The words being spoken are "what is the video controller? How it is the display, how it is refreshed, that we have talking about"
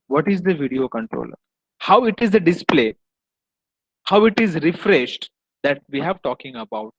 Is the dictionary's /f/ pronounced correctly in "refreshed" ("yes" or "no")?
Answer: yes